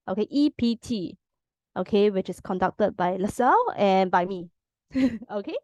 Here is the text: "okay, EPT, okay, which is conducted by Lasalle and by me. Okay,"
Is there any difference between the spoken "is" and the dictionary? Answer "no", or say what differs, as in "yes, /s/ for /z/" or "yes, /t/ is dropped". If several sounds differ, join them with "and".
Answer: yes, /s/ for /z/